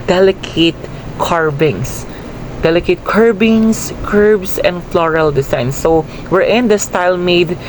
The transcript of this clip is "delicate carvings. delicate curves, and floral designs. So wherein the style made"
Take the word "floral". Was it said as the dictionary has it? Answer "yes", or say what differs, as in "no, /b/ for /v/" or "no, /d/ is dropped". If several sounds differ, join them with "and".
yes